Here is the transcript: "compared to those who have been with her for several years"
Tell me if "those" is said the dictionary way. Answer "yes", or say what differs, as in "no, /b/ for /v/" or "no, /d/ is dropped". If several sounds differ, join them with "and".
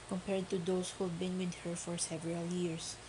no, /s/ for /z/